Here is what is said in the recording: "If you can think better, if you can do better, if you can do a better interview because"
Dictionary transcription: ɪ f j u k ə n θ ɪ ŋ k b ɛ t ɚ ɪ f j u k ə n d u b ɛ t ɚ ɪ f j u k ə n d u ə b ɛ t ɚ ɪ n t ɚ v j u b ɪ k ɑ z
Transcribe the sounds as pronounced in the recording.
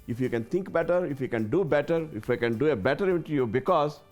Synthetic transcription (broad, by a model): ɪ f j u k ə n t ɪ ŋ k b ɛ t ɚ ɪ f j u k ə n d u b ɛ t ɚ ɪ f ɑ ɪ k ə n d u ə b ɛ t ɚ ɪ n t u j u b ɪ k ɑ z